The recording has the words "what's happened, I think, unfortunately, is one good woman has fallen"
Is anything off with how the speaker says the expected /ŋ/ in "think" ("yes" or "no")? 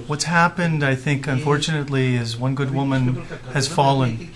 no